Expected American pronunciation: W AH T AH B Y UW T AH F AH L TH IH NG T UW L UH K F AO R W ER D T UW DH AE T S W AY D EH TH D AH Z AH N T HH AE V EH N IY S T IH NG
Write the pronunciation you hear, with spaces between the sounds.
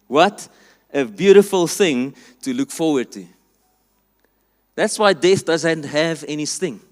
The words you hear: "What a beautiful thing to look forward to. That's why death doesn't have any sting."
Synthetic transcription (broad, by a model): W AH T AH B Y UW T AH F AH L TH IH NG T UW L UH K F AO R W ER D T UW DH AE T S W AY D EH TH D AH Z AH N T HH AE V EH N IY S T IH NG